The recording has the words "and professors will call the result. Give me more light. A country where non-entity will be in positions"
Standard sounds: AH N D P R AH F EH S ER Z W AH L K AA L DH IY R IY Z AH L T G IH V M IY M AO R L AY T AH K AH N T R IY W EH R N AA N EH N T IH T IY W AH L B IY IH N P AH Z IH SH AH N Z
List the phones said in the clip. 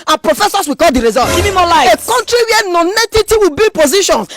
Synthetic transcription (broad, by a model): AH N P R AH F EH S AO S W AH K AA L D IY R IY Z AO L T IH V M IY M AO L AY AH K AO N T R IY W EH N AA N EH T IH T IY W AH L B IY P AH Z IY SH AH N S